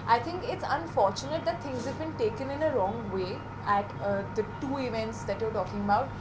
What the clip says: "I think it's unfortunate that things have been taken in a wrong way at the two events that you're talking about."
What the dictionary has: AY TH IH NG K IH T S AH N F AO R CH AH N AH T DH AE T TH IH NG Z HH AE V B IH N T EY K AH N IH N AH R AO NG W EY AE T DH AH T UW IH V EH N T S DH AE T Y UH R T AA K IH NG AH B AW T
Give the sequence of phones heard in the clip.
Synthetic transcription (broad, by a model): AY T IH NG K IH T S AH N F AO R CH AH N AH T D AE T T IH NG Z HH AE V B IH N T EY K AH N IH N AH R AO NG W EY AE T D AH T UW IH V EH N T S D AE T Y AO R T AA K IH NG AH B AW T